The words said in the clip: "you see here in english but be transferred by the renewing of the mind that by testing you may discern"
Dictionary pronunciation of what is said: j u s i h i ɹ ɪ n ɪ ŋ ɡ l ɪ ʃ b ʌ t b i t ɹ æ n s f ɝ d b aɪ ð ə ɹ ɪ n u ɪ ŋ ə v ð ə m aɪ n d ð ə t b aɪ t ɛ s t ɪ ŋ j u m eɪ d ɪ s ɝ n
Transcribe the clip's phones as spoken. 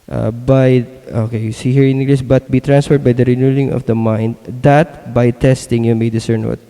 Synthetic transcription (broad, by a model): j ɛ s i h i ɹ ɪ n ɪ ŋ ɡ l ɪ s b ʌ t b i t ɹ æ n s f ɝ d b aɪ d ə ɹ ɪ n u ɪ ŋ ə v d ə m aɪ n d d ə t b aɪ t ɛ s t ɪ ŋ j u m eɪ d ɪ s ɝ n